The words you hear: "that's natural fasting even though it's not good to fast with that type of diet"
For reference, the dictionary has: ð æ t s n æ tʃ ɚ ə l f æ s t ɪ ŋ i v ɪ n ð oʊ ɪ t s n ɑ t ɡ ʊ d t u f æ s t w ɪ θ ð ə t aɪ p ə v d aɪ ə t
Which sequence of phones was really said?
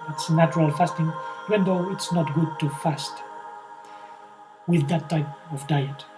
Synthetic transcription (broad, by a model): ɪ t s n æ tʃ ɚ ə l f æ s t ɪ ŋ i ɪ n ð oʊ ɪ t s n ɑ t ɡ ʊ d t u f æ s t w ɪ ð ə t aɪ p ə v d aɪ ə t